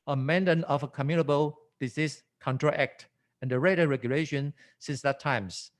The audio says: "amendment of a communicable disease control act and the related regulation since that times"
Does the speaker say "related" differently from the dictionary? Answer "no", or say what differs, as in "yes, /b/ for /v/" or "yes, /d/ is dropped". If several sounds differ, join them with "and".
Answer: yes, /l/ is dropped